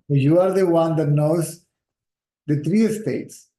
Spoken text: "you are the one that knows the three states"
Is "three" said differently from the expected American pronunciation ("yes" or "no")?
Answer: yes